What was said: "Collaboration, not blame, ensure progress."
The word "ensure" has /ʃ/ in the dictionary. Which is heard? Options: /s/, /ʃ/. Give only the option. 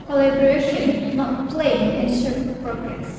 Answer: /s/